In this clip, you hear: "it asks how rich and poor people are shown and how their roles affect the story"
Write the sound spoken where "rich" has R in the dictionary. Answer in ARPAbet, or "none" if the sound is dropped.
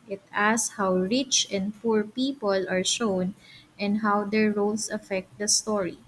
R